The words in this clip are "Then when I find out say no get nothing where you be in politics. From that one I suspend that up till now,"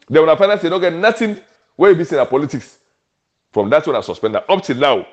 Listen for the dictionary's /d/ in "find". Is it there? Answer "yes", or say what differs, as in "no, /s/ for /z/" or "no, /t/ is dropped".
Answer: no, /d/ is dropped